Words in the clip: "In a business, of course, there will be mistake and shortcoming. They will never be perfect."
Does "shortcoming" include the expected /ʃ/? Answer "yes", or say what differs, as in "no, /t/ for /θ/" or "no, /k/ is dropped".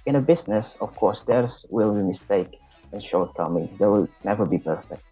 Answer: yes